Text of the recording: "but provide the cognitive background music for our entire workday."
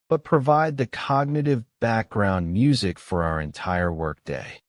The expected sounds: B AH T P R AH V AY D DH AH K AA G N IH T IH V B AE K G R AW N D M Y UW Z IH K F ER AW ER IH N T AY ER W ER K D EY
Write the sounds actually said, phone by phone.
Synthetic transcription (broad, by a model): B AH T P R AH V AY D DH AH K AA G N IH T IH V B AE K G R AW N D M Y UW Z IH K F ER AW ER IH N T AY ER W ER K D EY